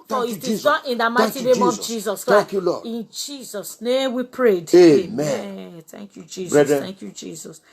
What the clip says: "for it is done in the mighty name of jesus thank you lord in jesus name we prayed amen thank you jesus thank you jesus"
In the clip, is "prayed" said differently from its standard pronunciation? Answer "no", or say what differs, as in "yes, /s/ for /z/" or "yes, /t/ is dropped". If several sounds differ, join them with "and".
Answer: no